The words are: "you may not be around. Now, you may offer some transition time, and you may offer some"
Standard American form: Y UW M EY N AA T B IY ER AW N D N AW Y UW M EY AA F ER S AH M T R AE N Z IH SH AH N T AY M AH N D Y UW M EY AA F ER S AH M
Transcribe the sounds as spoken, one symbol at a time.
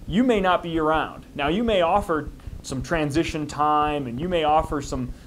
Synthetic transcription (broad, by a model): Y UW M EY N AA T B IY ER AW N D N AW Y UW M EY AA F ER S AH M T R AE N Z IH SH AH N T AY M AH N Y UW M EY AA F ER S AH M